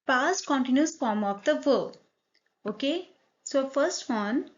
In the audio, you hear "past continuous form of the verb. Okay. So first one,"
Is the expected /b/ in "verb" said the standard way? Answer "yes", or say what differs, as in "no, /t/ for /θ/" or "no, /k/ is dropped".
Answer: no, /b/ is dropped